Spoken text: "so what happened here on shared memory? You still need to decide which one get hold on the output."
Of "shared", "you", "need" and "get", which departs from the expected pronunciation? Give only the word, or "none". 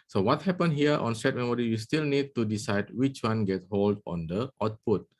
shared